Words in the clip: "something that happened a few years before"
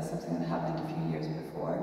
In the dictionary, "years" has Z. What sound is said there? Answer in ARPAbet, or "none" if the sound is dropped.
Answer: Z